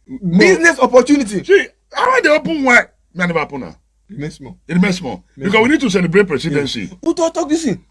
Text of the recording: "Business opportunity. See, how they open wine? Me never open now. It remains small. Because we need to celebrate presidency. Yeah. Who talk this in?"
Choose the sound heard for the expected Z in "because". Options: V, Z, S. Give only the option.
S